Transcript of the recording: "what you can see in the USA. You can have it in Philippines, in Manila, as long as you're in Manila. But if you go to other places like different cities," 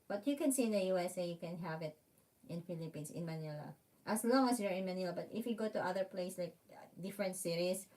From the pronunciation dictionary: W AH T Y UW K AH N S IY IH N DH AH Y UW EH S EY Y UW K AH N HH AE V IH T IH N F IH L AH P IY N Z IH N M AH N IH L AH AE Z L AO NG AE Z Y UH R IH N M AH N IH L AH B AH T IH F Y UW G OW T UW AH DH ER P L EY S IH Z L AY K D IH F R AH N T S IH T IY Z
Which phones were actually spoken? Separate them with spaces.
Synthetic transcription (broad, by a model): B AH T Y UW K AH N S IY IH N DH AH Y UW EH S EY Y UW K AH N HH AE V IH T IH N F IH L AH P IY N S IH N M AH N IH L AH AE S L AO NG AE S Y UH R IH N M AH N IH L AH B AH T IH F Y UW G OW T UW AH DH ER P L EY IH S L AY K D IH F R AH N T S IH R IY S